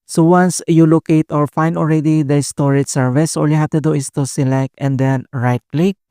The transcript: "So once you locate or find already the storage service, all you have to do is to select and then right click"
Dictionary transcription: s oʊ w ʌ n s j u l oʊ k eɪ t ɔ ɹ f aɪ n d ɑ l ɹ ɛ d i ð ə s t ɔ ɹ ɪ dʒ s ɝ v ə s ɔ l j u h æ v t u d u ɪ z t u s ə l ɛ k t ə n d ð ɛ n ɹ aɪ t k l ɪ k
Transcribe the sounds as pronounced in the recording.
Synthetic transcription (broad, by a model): s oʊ w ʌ n s j u l oʊ k eɪ t ɔ ɹ f aɪ n d ɑ l ɹ ɛ d i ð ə s t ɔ ɹ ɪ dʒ s ɝ v ə s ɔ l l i h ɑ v t u d u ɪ s t u s ə l ɛ k t ə n d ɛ n ɹ aɪ t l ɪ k